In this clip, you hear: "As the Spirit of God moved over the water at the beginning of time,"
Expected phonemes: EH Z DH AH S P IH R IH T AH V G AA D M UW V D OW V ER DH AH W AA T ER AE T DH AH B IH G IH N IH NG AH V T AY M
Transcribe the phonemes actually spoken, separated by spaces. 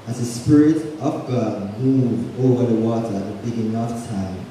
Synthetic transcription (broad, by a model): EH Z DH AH S P IH R IH T AH V G AA D M UW V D OW V ER DH AH W AA T ER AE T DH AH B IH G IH N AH F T AY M